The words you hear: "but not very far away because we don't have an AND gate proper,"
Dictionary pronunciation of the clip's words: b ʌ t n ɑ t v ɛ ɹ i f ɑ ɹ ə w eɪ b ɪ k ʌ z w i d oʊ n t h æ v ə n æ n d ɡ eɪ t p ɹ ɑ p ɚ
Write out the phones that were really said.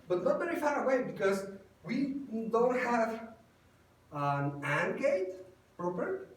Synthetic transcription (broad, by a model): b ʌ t n ɑ t b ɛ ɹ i f ɑ ɹ ə w eɪ b ɪ k ʌ z w i d oʊ n t h æ v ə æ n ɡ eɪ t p ɹ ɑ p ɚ